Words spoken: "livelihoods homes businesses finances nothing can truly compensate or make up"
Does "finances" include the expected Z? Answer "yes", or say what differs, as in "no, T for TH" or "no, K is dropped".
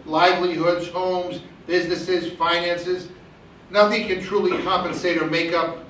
yes